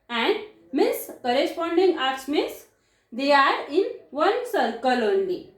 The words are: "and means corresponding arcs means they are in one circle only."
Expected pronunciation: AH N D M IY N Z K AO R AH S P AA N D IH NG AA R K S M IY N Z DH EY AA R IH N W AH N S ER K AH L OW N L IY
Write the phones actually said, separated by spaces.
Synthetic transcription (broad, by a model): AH N D M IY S K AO R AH S P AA N D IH NG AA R S M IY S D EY AA R IH N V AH N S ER K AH L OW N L IY